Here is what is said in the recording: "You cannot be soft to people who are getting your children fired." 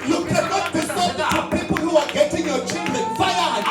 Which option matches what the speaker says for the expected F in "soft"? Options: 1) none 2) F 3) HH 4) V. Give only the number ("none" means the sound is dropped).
1